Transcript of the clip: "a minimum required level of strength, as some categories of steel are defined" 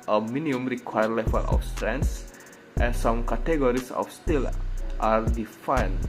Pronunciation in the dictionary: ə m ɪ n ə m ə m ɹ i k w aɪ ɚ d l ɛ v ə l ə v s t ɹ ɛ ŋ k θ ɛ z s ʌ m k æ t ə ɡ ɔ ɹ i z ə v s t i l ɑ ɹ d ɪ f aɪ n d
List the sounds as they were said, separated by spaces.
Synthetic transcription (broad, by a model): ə m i n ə ə m ɹ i k w aɪ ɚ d l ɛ f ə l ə f s t ɹ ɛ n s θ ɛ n s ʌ m k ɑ t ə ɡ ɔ ɹ i s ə f s t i l ɑ ɹ d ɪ f aɪ n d